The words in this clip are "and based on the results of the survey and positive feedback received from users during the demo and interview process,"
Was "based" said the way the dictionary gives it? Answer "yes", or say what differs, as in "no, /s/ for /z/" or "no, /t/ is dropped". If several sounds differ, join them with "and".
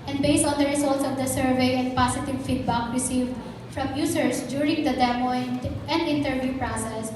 yes